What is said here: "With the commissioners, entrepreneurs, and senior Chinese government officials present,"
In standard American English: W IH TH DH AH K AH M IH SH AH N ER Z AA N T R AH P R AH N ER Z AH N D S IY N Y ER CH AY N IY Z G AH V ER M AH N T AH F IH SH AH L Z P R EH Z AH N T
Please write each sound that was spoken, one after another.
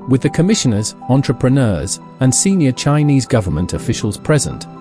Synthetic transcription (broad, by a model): W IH DH AH K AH M IH SH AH N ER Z AA N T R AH P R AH N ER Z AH N S IY N Y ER CH AY N IY Z G AH V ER M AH N T AH F IH SH AH L Z P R EH Z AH N T